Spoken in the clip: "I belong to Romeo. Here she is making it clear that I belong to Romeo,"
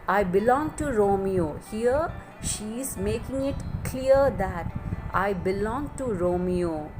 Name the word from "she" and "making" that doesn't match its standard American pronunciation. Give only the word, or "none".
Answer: none